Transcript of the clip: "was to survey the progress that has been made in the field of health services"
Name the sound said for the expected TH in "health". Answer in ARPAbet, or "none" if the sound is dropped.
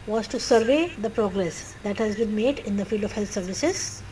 T